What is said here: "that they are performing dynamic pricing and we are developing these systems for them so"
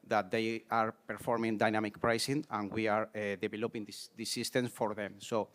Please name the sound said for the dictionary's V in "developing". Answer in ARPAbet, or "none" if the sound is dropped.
B